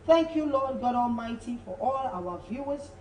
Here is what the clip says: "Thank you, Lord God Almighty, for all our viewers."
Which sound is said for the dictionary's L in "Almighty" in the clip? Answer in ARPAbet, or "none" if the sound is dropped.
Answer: L